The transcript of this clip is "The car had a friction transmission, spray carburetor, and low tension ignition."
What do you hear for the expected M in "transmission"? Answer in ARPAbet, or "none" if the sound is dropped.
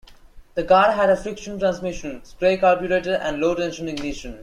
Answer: M